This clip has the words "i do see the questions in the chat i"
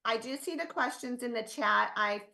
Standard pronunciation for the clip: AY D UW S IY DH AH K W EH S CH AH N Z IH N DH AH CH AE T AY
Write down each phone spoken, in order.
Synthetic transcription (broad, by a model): AY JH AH S IY DH AH K W EH S CH AH N Z IH N DH AH CH AE T AY